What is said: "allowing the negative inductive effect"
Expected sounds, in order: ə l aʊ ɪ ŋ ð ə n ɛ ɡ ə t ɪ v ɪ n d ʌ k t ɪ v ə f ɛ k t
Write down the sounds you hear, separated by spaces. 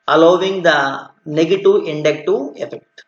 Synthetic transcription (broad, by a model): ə l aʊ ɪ ŋ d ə n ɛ ɡ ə t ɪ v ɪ n d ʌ k t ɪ ə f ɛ k t